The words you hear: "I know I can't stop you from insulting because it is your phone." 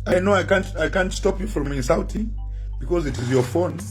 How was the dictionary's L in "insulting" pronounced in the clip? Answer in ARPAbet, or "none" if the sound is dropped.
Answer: W